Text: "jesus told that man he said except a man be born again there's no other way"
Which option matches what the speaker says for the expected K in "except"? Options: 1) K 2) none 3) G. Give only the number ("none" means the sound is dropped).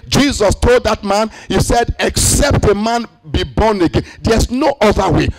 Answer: 1